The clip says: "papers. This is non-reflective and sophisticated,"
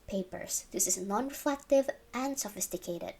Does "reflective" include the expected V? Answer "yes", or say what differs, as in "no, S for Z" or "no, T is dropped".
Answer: yes